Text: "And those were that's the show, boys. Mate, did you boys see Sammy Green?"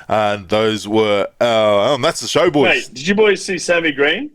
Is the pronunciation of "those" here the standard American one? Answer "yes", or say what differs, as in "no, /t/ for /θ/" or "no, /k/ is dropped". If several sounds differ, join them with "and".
yes